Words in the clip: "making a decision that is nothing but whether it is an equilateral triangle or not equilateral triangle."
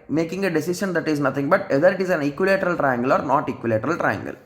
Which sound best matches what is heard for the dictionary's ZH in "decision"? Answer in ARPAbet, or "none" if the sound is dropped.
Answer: SH